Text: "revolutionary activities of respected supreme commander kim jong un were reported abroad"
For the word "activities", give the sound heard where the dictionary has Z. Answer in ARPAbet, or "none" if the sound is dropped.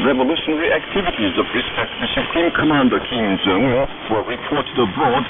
Z